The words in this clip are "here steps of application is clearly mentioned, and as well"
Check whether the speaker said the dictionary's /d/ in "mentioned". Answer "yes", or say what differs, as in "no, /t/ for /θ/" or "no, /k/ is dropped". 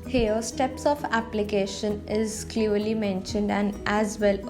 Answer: yes